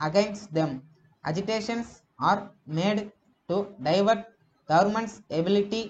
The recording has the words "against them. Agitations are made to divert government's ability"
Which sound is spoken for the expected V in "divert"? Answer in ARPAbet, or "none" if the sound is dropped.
V